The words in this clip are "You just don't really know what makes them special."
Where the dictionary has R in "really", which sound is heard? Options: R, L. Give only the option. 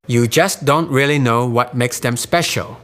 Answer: R